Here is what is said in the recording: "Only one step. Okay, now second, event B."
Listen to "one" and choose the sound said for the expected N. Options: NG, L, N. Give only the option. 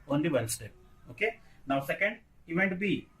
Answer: L